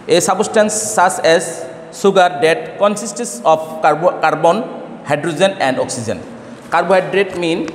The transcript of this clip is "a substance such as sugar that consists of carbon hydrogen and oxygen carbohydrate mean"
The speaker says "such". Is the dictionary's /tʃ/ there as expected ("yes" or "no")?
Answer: no